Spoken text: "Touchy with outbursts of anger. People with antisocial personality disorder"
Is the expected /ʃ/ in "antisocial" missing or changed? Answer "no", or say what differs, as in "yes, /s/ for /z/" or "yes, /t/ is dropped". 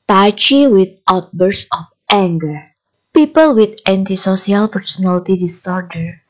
yes, /s/ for /ʃ/